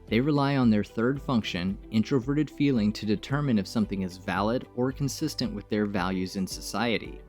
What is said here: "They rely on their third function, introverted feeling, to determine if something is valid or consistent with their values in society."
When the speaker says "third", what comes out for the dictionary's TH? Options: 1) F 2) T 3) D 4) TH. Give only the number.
4